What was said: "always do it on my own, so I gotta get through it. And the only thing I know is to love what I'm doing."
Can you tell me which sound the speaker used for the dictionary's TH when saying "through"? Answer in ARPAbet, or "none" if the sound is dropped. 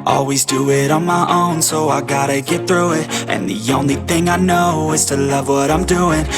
TH